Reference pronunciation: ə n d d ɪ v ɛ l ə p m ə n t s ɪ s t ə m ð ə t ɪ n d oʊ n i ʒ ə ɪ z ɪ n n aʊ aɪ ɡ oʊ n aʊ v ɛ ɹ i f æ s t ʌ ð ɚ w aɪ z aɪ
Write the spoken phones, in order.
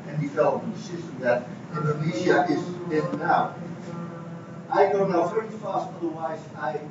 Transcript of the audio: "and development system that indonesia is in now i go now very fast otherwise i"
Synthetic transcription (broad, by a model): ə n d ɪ f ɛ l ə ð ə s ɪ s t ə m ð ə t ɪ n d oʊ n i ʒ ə ɪ z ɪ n n aʊ aɪ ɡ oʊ n aʊ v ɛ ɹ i f æ s t ʌ ð ɚ w aɪ z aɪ